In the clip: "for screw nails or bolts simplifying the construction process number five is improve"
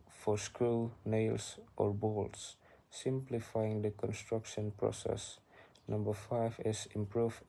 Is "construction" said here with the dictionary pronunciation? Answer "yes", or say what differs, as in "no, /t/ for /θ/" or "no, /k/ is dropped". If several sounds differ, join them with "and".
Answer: yes